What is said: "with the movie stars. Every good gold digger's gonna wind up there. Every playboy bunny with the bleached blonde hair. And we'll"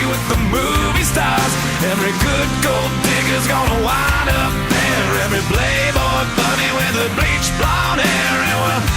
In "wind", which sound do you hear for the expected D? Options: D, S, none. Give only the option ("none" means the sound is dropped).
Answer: none